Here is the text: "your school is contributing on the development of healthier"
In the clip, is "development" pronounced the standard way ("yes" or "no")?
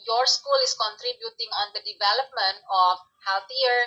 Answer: yes